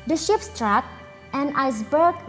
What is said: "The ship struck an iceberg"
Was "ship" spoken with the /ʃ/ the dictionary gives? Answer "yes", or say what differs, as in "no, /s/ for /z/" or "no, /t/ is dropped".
yes